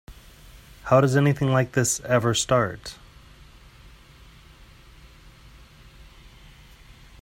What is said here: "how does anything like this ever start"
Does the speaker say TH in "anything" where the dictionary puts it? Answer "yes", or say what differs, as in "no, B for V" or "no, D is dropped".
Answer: yes